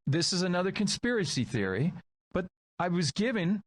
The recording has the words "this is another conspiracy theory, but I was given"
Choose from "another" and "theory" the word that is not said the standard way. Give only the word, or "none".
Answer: none